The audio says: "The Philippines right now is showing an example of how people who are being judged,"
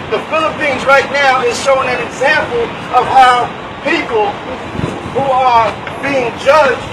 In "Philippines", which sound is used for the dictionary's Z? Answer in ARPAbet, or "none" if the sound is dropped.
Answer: Z